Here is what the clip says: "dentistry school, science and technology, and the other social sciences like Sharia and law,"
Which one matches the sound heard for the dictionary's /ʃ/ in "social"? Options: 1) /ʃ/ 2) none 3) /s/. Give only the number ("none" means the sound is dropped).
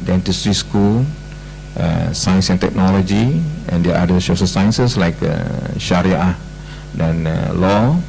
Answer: 3